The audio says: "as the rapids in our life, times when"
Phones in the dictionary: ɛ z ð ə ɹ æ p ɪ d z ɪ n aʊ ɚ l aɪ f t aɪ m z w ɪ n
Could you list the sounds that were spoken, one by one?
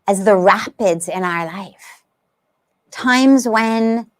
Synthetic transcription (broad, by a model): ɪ z ð ə ɹ æ p ɪ d z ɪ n aʊ ɚ l aɪ f t aɪ m z w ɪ n